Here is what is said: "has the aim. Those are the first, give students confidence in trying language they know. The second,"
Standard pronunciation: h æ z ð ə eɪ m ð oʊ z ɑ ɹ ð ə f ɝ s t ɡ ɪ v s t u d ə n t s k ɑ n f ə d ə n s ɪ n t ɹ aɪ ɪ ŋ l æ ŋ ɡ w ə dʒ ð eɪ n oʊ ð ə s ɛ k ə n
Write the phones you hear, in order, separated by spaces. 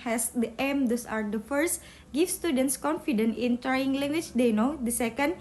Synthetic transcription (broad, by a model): h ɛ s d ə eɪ m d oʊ s ɑ ɹ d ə f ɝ s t ɡ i f s t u d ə n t s k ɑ n f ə d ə n ɪ n t ɹ aɪ ɪ ŋ l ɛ ŋ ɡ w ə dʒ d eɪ n oʊ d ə s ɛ k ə n